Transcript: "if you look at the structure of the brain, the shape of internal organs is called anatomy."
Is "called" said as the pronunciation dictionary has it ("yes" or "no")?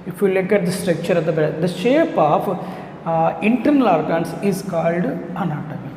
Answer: yes